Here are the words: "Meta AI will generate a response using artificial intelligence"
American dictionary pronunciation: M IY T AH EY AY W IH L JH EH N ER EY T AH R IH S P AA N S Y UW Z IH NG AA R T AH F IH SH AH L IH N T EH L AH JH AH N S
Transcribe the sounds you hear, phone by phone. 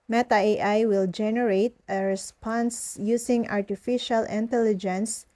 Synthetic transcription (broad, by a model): M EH T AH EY AY W IH L JH EH N ER EY T AH R IH S P AA N S Y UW S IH NG AA R T AH F IH SH AH L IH N T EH L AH JH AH N S